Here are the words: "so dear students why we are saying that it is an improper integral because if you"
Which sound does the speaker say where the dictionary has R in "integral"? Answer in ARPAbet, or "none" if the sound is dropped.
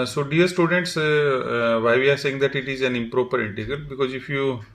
none